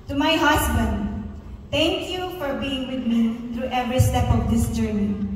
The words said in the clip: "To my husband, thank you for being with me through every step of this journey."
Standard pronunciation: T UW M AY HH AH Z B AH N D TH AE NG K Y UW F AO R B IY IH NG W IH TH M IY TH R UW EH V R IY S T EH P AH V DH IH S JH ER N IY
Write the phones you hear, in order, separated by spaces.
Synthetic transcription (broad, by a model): T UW M AY HH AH S B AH N D T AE NG K Y UW F AO R B IY IH NG W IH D M IY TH R UW EH V R IY S T EH P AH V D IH S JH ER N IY